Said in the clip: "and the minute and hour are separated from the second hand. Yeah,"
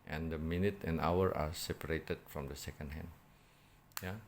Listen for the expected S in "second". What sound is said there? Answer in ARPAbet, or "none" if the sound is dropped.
S